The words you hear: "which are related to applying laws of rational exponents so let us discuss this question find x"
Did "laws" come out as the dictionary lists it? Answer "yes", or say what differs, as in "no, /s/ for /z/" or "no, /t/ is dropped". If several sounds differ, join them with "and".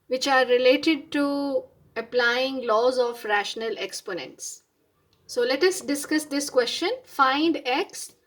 yes